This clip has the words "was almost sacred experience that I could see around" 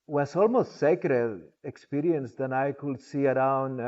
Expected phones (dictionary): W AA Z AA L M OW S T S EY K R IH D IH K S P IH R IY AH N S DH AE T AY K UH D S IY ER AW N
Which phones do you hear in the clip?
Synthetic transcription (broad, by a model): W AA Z AA L M OW S T S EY K R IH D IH K S P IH R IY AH N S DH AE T AY K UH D S IY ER AW N